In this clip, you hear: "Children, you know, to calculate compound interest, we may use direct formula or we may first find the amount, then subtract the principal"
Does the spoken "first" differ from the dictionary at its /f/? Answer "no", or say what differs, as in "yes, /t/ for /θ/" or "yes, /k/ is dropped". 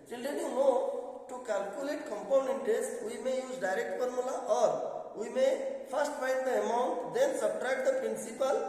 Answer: yes, /p/ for /f/